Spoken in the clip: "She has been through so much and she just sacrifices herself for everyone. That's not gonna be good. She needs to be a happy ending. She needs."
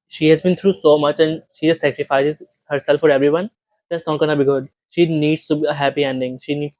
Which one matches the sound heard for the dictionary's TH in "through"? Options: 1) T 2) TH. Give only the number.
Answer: 1